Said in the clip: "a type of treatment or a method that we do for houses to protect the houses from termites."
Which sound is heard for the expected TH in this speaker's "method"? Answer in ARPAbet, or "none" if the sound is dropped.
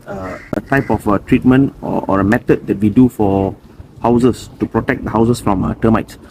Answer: T